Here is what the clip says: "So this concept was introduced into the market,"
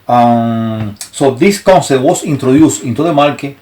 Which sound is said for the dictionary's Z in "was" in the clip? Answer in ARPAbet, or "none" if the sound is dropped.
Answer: S